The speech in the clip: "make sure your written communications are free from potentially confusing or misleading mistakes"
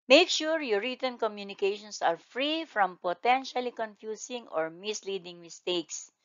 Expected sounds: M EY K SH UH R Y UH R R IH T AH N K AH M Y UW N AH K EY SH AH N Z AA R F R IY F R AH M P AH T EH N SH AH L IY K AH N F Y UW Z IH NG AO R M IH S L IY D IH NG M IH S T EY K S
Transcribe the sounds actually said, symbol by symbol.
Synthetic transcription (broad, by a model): M EY K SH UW R Y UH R R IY T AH N K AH M Y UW N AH K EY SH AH N S AA R F R IY F R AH M P AH T EH N SH AH L IY K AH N F Y UW S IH NG AO R M IH S L IY D IH NG M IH S T EY K S